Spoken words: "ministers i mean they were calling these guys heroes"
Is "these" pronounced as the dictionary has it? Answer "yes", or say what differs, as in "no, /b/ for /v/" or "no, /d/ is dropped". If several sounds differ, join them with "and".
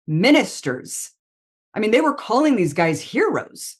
yes